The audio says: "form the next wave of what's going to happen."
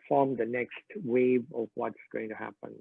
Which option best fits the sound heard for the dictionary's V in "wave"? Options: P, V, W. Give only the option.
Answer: V